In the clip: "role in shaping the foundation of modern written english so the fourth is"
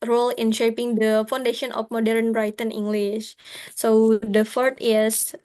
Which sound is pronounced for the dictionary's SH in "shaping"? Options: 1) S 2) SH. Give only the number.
2